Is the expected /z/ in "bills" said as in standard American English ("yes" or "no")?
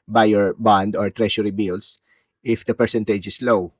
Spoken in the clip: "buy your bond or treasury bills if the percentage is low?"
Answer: no